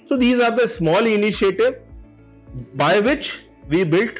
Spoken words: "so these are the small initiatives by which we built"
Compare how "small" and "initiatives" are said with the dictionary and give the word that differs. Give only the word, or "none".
initiatives